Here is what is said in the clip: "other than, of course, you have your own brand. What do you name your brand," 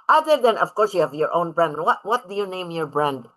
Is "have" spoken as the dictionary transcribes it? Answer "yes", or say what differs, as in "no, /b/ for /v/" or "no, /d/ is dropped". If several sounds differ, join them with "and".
yes